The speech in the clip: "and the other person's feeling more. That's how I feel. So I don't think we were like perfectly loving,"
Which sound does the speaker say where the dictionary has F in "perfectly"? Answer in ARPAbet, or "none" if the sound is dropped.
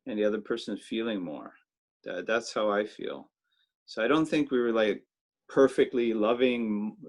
F